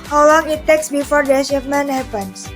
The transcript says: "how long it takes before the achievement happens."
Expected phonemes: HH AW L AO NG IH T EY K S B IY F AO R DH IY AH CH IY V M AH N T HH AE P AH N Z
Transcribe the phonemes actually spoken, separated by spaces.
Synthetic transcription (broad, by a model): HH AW L AO NG IH T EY K S B IY F AO R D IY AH SH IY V M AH N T HH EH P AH N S